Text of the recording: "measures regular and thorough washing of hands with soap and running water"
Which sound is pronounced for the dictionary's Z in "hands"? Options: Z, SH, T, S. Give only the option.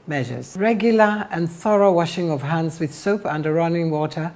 Z